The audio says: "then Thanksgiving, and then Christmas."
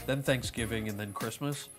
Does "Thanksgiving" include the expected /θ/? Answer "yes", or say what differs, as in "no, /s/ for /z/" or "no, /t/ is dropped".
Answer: yes